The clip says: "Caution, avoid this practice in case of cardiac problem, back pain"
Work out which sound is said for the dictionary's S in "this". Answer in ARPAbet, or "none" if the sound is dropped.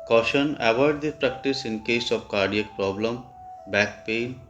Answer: none